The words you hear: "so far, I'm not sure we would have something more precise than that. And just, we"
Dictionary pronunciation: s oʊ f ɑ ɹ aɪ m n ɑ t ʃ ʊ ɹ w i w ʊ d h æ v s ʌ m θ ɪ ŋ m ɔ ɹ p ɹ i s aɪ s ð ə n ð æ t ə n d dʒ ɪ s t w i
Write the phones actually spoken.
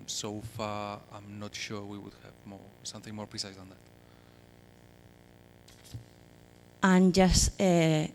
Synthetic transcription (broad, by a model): s oʊ f ɑ ɹ aɪ m n ɑ t ʃ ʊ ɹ w i w ʊ d h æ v s ʌ m θ ɪ ŋ m ɔ ɹ p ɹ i s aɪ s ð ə n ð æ t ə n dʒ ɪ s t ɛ